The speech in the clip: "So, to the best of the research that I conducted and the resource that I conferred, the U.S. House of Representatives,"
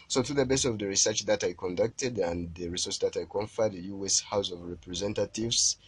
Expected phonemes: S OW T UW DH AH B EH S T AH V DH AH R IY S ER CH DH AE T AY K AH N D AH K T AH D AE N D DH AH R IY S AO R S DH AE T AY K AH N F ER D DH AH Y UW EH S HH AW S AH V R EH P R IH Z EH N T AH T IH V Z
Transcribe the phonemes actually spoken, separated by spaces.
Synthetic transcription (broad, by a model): S OW T UW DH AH B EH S AH V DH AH R IY S ER CH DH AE T AY K AH N D AH K T AH D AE N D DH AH R IY S AO R S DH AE T AY K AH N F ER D Y UW EH S HH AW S AH V R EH P R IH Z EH N T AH T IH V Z